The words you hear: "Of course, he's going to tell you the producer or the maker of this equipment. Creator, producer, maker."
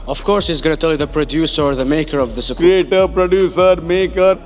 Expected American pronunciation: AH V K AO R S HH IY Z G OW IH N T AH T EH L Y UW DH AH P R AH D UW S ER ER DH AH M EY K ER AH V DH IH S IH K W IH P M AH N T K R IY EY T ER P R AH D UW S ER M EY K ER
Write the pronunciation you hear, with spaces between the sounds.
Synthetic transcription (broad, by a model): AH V K AO R S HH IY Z G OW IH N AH T EH L Y UW DH AH P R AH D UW S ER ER DH AH M EY K ER AH V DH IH S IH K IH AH T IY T P R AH D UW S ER M EY K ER